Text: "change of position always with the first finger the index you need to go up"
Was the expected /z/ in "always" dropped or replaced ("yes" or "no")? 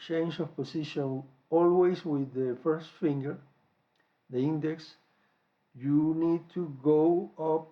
yes